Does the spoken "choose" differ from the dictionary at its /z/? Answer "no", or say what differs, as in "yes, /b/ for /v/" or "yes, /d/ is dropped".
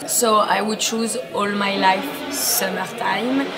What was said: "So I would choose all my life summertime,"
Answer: no